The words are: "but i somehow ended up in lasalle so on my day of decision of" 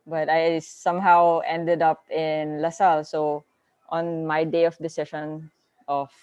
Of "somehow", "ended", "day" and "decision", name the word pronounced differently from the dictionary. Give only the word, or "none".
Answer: decision